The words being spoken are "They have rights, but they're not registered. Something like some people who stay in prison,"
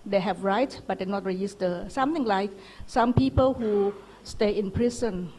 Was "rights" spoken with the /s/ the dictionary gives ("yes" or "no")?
no